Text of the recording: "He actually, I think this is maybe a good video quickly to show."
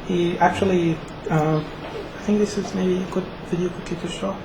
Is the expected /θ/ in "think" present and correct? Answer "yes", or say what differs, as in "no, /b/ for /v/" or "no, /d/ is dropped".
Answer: yes